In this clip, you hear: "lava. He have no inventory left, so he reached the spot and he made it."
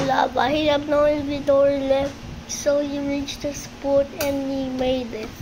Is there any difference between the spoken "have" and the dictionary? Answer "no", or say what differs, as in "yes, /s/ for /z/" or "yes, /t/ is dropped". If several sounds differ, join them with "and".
yes, /b/ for /v/